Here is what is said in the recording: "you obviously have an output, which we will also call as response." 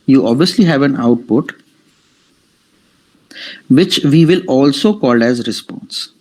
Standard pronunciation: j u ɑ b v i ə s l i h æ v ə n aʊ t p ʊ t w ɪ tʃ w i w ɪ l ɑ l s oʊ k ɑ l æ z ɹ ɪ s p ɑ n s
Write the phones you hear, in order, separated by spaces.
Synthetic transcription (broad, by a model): j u ɑ b v i ə s l i h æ v ə n aʊ t p ʊ t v ɪ tʃ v i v ɪ l ɑ l s oʊ k ɑ l æ z ɹ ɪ s p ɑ n s